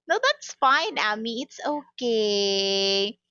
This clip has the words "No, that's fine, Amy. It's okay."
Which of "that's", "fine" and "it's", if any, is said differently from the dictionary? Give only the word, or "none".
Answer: none